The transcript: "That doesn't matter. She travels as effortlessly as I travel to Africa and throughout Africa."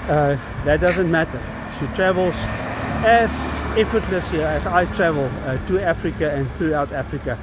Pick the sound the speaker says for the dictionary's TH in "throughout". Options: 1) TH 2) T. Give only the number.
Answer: 1